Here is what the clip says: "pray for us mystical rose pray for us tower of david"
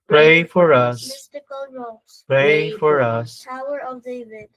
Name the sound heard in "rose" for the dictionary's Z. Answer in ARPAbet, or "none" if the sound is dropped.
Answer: none